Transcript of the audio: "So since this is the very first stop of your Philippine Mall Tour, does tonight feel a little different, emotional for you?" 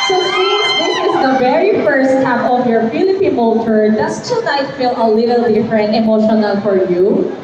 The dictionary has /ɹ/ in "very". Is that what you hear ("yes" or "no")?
yes